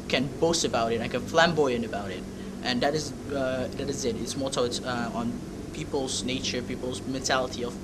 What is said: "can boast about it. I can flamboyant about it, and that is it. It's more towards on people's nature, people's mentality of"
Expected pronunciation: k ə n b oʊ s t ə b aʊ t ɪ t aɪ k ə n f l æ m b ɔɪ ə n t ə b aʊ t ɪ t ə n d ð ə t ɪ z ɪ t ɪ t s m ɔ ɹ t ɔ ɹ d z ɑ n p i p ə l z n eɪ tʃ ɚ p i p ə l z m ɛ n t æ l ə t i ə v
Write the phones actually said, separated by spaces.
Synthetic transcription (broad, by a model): k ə n b oʊ s t ə b aʊ t ɪ t aɪ k ə n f l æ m b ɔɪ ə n ə b aʊ t ɪ t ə n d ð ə t ɪ z ɪ t ɪ t s m ɔ ɹ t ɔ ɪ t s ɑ n p i p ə l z n eɪ tʃ ɚ p i p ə l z m ɛ n t æ l ə t i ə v